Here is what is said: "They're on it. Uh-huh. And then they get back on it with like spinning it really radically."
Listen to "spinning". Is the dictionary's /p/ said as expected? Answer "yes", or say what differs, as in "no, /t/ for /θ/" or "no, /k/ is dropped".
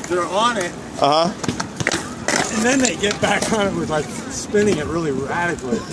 yes